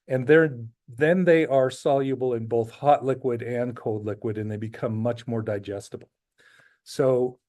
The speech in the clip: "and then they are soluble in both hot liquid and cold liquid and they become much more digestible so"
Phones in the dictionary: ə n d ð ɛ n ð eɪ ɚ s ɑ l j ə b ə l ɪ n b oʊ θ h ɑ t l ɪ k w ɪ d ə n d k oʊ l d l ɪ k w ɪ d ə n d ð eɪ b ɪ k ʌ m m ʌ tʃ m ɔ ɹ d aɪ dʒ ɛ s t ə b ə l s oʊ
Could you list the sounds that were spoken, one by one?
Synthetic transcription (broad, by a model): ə n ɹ ð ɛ n ð eɪ ɚ s ɑ l j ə b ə l ɪ n b oʊ θ h ɑ t l ɪ k w ɪ d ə n k oʊ l d l ɪ k w ɪ d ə n ð eɪ b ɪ k ʌ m m ʌ tʃ m ɔ ɹ d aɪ dʒ ɛ s t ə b l s oʊ